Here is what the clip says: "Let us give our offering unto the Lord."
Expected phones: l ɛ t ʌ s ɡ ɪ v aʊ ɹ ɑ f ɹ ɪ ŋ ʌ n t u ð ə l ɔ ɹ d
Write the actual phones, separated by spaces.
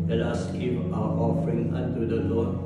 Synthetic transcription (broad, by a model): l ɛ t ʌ s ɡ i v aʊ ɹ ɑ f ɹ ɪ ŋ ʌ n t u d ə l ɔ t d